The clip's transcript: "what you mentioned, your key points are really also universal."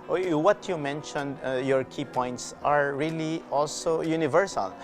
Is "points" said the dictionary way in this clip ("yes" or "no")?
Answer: yes